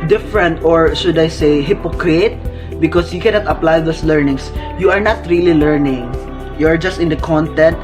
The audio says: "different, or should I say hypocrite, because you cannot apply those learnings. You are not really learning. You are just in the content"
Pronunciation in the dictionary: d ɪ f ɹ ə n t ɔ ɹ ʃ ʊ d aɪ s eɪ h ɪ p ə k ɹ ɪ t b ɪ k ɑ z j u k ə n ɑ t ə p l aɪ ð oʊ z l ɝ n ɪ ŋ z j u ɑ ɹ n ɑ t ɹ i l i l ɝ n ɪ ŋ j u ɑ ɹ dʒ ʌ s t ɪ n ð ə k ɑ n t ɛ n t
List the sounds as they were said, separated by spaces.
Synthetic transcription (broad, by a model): d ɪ f ɹ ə n t ɔ ɹ ʃ ʊ d aɪ s eɪ h ɪ p ə k ɹ ɪ t b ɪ k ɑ s j u k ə n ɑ t ə p l aɪ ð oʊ s l ɝ n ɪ ŋ s j u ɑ ɹ n ɑ t ɹ i l i l ɝ n ɪ ŋ j u ɑ ɹ dʒ ʌ s t ɪ n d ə k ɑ n t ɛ n t